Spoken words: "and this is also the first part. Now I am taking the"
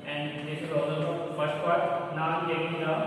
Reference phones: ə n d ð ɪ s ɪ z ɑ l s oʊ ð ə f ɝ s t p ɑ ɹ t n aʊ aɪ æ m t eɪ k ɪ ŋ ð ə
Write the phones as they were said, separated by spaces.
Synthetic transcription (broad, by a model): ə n d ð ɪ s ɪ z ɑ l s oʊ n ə f ɝ s t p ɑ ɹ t n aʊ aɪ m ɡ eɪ ɪ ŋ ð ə